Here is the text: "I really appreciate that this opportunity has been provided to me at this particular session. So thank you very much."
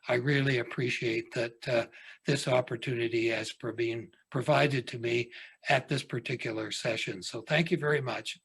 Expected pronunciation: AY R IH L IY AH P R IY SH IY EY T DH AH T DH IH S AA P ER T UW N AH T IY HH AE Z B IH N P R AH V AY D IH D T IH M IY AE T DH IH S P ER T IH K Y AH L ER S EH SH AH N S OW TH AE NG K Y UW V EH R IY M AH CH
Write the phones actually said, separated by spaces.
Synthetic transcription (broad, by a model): AY R IH L IY AH P R IY SH IY EY T DH AH T DH IH S AA P ER T UW N AH T IY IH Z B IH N P R AH V AY D IH D T IH M IY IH T DH IH S P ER T IH K Y L ER S EH SH AH N S OW TH AE NG K Y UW V EH R IY M AH CH